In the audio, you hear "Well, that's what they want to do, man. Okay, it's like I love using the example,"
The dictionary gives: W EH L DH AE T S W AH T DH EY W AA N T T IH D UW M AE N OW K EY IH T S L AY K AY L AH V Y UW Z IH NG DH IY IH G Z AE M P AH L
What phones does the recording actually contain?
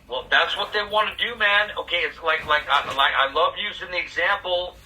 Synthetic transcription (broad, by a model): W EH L DH AE T S W AH T DH EY W AA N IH D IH M AE N OW K EY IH T S L AY K AY L AH V Y UW Z IH NG DH IY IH G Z AE M P L